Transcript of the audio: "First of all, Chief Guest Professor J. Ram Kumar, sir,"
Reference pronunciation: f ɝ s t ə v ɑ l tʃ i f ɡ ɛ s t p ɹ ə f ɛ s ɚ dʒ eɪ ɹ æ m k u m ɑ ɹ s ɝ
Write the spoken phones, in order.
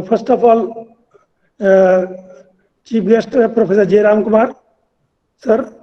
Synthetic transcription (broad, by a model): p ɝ s t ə p ɑ l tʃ i p ɡ ɛ s t p ɹ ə p ɛ s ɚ dʒ eɪ ɹ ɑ m k u m ɑ ɹ s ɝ